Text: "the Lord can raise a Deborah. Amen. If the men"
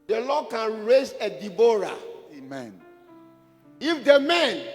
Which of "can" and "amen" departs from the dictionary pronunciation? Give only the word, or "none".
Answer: none